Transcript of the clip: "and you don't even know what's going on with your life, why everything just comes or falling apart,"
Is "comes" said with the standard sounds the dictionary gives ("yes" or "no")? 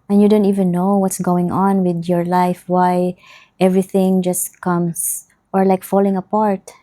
no